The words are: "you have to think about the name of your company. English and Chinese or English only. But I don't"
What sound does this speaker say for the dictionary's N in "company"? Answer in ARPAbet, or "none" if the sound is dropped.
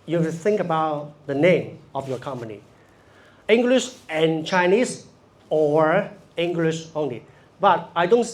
N